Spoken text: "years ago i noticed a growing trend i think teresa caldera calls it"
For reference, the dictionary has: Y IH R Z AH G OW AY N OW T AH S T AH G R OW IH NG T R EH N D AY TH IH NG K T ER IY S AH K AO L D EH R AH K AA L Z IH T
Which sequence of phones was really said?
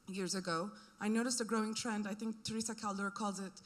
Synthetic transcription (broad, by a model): Y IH R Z AH G OW AY N OW T AH S T AH G R OW IH NG T R EH N D AY TH IH NG K T ER IY S AH K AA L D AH R K AA L Z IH T